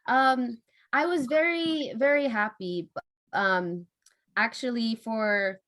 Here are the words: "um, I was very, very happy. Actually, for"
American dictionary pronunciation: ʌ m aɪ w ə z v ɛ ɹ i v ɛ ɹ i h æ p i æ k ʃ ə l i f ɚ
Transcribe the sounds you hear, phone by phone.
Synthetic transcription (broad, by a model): ʌ m aɪ w ə z v ɛ ɹ i v ɛ ɹ i h æ p i æ k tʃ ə l i f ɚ